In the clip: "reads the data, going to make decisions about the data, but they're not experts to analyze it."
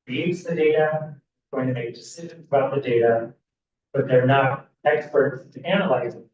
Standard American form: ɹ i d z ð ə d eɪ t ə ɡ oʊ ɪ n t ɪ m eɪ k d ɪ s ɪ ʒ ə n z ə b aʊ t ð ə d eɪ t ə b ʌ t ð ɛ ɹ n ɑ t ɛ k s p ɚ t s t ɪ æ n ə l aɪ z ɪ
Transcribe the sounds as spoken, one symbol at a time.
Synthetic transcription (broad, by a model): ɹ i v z ð ə d eɪ t ə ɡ oʊ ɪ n t ɪ m eɪ k d ɪ s ɪ ʒ ə n z ə b aʊ t ð ə d eɪ t ə b ʌ t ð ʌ ɹ n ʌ t ɛ k s p ɚ t s t ɪ æ n ə l aɪ z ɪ